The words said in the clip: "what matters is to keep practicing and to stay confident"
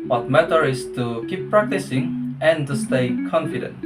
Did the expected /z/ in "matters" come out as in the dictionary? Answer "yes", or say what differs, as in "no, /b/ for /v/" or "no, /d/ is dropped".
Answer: no, /z/ is dropped